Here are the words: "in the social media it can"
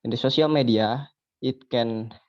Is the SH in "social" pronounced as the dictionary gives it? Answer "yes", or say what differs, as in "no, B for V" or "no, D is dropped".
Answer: no, S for SH